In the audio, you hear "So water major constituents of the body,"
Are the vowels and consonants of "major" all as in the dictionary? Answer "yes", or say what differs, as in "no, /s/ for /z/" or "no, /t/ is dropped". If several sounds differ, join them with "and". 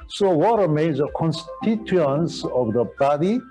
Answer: no, /z/ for /dʒ/